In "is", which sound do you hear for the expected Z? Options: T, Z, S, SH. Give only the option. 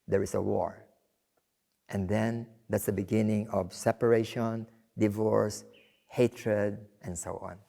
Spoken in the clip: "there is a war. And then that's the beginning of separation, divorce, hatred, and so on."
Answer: S